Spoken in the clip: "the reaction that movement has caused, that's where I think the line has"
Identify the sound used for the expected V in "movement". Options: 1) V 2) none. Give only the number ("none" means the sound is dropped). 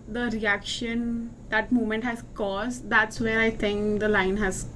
2